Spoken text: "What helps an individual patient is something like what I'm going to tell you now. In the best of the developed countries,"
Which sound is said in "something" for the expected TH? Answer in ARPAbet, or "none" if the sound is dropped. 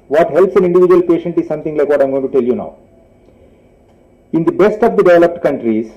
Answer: T